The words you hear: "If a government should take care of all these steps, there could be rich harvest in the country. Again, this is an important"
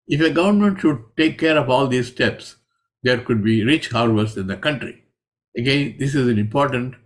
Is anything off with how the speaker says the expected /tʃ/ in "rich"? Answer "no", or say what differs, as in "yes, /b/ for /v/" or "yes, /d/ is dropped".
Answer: no